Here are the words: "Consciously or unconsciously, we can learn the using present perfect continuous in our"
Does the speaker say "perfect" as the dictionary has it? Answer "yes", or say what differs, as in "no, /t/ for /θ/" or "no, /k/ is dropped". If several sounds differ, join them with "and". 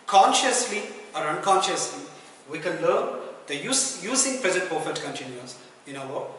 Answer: no, /k/ is dropped